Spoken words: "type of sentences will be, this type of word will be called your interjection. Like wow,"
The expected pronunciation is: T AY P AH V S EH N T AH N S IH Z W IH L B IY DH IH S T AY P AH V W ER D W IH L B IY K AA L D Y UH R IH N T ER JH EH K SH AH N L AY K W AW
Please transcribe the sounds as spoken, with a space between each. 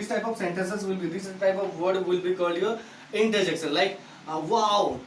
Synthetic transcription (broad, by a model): T AY P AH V S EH N T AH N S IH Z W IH L B IY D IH S T AY P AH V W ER D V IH L B IY K AA L D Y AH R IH N T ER JH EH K S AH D L AY K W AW